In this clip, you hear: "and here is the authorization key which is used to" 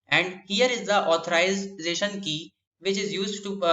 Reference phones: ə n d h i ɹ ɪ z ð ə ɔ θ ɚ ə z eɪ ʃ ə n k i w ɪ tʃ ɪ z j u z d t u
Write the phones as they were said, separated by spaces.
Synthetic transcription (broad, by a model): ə n d h i ɹ ɪ z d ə ɔ t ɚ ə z eɪ ʃ ə n k i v ɪ tʃ ɪ z j u z d t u